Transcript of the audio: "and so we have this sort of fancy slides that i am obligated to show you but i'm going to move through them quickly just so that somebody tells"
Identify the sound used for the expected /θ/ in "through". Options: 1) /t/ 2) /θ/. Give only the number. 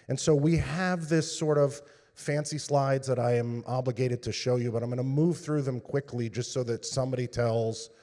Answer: 2